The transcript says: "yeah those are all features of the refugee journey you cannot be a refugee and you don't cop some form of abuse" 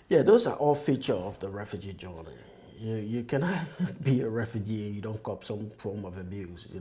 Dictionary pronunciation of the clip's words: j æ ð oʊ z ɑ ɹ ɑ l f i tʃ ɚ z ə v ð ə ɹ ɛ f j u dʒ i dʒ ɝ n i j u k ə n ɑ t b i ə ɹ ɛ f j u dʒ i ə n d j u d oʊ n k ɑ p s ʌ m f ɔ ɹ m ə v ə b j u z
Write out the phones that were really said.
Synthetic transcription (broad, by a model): j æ ð oʊ z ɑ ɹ ɑ l f i tʃ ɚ ə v ð ə ɹ ɛ f j u dʒ i dʒ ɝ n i j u k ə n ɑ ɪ b i ə ɹ ɛ f j u dʒ i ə n j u d oʊ n k ɑ p s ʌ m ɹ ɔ l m ə v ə b j u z